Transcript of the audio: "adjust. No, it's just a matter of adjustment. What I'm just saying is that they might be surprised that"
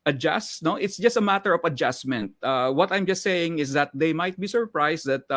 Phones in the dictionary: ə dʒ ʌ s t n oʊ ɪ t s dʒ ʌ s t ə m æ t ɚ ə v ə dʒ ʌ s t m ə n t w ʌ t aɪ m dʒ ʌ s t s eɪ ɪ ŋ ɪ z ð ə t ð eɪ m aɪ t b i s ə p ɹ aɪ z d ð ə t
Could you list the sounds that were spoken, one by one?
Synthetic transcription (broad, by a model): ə dʒ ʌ s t n oʊ ɪ t s dʒ ʌ s t ə m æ t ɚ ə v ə dʒ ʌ s m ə n t w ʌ t aɪ m dʒ ʌ s t s eɪ ɪ ŋ ɪ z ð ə t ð eɪ m aɪ t b i s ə p ɹ aɪ s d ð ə t